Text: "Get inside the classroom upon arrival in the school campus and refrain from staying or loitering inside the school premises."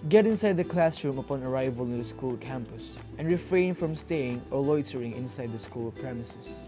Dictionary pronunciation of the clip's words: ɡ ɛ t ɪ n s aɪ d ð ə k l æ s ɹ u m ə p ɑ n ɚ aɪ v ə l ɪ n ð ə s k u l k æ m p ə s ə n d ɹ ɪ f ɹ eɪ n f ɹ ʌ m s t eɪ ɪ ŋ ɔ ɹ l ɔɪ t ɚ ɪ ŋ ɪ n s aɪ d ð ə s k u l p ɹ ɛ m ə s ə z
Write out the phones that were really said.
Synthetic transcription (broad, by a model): ɡ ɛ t ɪ n s aɪ d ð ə k l æ s ɹ u m ə p ɑ n ɚ aɪ v ə l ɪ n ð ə s k u l k æ m p ə s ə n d ɹ ɪ f ɹ eɪ n f ɹ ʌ m s t eɪ ɪ ŋ ɔ ɹ l ɔɪ t ɚ ɪ ŋ ɪ n s aɪ d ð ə s k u l p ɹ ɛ m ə s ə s